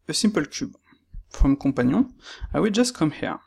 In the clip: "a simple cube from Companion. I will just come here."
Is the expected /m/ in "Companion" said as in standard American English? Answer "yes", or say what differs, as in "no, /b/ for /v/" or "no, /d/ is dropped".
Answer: no, /m/ is dropped